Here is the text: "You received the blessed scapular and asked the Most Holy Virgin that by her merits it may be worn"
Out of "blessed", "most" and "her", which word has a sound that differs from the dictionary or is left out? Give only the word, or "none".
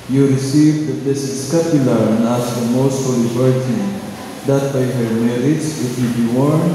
blessed